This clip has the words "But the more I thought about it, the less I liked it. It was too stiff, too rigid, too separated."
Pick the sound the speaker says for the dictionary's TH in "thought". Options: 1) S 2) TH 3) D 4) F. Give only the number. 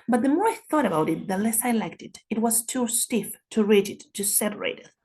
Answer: 2